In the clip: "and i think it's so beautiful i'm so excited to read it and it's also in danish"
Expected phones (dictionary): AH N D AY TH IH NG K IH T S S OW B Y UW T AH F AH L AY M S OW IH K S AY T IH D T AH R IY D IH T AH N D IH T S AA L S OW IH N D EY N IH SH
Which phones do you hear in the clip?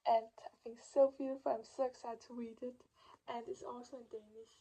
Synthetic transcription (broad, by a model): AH N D AY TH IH NG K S S OW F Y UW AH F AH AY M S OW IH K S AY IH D T AH W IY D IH T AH N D IH T S AA L S OW IH N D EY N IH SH